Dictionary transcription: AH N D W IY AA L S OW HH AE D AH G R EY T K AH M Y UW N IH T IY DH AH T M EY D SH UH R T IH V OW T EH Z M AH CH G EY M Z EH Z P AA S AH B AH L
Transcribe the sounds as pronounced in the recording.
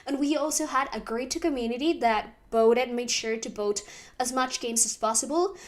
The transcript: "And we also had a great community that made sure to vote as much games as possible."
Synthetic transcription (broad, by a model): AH N W IY AA L S OW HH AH D AH G R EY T K AH M Y UW N IH T IY DH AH T M EY D SH UH R T IH B OW T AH Z M AH CH G EY M Z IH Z P AA S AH B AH L